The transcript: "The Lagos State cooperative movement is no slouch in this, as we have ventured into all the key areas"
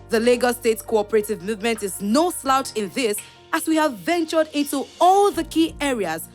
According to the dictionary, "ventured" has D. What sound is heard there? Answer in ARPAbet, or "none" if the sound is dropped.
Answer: D